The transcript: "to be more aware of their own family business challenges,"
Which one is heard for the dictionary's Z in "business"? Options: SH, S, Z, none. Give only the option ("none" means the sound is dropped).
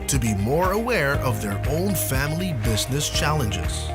Z